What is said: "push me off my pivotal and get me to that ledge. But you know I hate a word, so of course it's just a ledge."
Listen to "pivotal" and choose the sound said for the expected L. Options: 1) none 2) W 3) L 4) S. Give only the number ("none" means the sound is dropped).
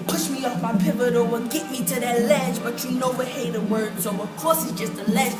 2